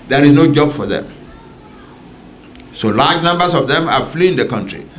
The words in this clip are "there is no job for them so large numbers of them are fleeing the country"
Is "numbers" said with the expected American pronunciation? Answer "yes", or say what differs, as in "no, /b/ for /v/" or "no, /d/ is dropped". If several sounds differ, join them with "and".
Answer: no, /s/ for /z/